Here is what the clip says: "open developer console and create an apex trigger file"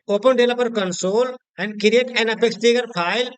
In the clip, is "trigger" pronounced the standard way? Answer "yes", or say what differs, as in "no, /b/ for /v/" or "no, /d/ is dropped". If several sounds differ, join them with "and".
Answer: no, /ɹ/ is dropped